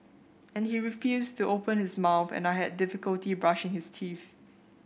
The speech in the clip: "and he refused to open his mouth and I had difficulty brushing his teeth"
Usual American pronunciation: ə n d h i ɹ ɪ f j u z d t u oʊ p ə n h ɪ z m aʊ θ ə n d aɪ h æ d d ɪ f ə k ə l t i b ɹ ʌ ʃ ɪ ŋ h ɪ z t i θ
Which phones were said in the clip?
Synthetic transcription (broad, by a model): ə n h i ɹ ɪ f j u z t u oʊ p ə n h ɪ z m aʊ θ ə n aɪ h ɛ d d ɪ f ə k ə l t i b ɹ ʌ ʃ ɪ ŋ h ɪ s t i θ